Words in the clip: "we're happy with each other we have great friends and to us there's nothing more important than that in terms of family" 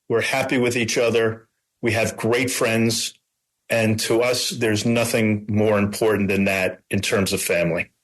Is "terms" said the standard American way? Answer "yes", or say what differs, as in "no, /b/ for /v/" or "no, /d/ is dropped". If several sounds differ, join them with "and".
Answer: yes